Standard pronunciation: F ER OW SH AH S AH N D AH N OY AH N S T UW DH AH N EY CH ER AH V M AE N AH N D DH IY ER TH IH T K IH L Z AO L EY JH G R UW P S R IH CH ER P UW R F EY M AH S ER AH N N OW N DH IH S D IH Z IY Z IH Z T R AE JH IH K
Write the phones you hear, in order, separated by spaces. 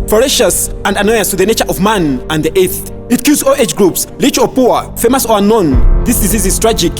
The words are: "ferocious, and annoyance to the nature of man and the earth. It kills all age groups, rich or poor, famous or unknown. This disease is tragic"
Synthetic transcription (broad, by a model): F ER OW SH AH S AH N D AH N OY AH S T UW DH AH N EY CH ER AH V M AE N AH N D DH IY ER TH IH T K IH Z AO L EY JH G R UW P S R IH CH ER P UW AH F EY M AH S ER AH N N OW N DH IH S D IH Z IY Z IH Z T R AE JH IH K